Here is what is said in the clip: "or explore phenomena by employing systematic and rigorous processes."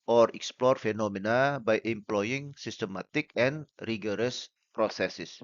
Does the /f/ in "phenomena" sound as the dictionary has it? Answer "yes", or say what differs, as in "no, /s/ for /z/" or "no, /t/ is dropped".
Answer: yes